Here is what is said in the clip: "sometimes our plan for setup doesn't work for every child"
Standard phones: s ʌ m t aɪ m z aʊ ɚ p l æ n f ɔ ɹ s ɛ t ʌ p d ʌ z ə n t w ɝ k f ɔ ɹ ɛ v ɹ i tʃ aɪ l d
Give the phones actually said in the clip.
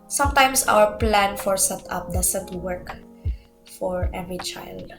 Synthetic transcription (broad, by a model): s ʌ m t aɪ m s aʊ ɚ p l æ n f ɔ ɹ s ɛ t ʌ p d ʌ s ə n t w ɝ k f ɔ ɹ ɛ v ɹ i tʃ aɪ l d